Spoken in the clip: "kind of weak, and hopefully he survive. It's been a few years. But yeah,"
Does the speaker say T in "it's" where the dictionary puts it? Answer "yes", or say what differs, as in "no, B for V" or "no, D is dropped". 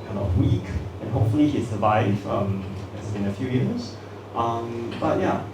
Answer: no, S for T